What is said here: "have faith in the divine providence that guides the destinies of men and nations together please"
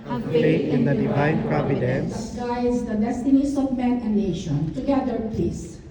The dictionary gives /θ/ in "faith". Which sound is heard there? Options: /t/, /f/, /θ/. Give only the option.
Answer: /t/